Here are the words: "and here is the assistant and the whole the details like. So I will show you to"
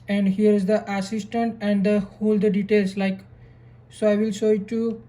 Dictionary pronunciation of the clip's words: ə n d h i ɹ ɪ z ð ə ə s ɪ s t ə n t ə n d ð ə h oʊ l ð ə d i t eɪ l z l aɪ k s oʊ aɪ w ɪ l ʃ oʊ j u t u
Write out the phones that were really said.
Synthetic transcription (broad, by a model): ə n d h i ɹ ɪ z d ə ə s ɪ s t ə n t ə n d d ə h oʊ l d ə d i t eɪ l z l aɪ k s oʊ aɪ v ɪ l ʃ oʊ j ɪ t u